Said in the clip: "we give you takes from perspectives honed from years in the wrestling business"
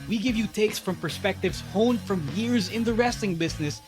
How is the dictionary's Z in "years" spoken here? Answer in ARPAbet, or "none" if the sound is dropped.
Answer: Z